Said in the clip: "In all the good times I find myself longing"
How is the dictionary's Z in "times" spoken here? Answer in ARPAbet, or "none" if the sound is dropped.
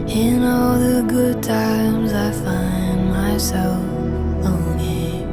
Z